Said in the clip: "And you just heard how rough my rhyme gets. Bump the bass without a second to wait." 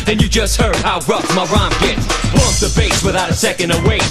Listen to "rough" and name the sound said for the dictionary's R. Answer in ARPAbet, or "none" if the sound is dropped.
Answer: R